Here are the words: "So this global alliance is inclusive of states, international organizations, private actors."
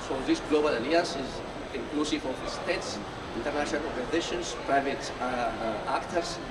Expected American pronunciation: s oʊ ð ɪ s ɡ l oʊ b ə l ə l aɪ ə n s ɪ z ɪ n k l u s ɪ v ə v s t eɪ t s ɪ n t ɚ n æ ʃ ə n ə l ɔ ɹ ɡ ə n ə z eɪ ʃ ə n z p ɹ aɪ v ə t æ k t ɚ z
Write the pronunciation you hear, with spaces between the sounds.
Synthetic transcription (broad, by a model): s oʊ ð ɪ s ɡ l oʊ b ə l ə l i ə s ɪ z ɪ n k l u s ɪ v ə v s t eɪ t s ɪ n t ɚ n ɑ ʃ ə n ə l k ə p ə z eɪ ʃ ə n s p ɹ aɪ v ə t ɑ k t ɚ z